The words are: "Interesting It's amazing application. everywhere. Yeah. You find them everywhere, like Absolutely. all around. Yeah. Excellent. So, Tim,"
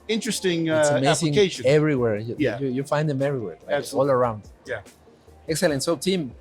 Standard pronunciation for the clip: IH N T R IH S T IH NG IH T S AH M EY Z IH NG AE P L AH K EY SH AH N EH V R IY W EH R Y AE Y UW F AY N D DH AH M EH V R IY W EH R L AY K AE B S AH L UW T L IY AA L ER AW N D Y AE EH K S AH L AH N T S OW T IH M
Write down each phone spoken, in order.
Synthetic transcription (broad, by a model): IH N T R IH S T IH NG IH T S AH M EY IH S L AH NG EY AH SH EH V R IY W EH R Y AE Y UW F AY N D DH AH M EH V R IY W EH R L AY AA S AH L L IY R AW N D Y AE EH K S AH L AH N T S OW T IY M